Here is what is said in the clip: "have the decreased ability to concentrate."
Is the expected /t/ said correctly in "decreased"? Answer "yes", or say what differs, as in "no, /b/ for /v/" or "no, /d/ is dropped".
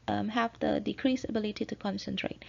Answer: no, /t/ is dropped